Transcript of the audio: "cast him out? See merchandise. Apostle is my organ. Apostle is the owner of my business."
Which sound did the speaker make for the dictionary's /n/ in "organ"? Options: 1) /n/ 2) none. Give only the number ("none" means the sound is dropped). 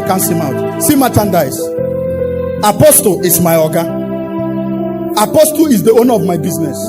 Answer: 2